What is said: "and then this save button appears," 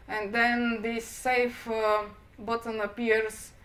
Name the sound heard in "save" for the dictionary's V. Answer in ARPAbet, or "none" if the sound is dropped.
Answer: F